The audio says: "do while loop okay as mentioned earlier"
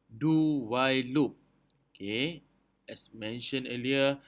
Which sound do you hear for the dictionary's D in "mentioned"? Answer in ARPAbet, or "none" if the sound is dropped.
none